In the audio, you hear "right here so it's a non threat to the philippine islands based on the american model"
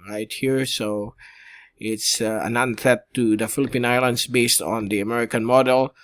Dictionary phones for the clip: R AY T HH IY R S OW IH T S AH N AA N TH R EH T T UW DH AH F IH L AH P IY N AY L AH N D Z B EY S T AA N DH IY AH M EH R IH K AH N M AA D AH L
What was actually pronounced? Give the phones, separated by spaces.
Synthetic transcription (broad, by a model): R AY T HH IY R S OW IH T S AH N AA N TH EH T T UW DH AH F IH L AH P IY N AY L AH N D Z B EY S T AA N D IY AH M EH R IH K AH N M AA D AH L